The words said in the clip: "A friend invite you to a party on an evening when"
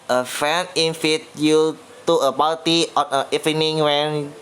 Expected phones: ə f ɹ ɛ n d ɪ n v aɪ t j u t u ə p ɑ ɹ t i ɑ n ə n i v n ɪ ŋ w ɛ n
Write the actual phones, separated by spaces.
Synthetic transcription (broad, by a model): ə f ɛ n ɪ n f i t j u t u ə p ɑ l t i ɑ n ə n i f n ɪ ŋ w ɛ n